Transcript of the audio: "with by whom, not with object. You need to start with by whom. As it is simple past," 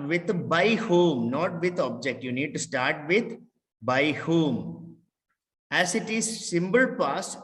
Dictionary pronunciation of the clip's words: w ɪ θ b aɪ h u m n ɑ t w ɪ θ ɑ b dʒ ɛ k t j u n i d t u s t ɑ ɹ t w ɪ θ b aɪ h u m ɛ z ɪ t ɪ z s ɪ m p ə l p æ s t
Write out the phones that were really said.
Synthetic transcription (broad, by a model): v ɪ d b aɪ h u m n ɑ t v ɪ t ɑ b dʒ ɛ k t j u n i d t u s t ɑ ɹ t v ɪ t b aɪ h u m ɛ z ɪ t ɪ z s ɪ m b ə l p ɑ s